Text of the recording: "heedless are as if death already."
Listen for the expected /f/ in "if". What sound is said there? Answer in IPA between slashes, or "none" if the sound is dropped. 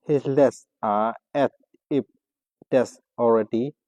/p/